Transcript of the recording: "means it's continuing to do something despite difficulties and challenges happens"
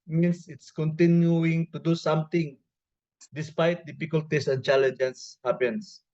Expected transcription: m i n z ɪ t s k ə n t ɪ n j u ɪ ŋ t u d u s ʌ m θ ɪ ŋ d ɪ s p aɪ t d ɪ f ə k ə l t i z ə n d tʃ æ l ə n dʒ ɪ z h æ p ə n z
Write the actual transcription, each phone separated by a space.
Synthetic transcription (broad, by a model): m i n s ɪ t s k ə n t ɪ n j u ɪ ŋ t u d u s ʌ m t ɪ ŋ d ɪ s p aɪ t d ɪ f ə k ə l t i s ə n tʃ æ l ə n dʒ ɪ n h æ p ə n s